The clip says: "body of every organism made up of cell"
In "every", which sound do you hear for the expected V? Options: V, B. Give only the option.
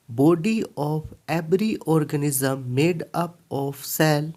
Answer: B